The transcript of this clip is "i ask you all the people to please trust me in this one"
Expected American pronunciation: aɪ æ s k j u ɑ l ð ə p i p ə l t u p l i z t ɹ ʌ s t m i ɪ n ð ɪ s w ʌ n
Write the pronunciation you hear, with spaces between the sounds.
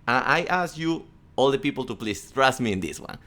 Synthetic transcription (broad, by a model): aɪ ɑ s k j u ɑ l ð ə p i p ə l t u p l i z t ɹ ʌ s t m i ɪ n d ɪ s w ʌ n